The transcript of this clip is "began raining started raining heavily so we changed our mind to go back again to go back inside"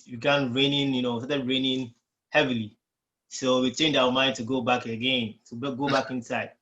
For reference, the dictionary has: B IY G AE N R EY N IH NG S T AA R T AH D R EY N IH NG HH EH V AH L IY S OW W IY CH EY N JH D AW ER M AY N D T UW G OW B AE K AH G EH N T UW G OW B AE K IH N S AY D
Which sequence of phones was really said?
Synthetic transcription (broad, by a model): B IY G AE N R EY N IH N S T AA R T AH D R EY N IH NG HH EH V AH L IY S OW W IY CH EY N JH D AW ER M AY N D T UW G OW B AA K AH G EH N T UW G OW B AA K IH N S AY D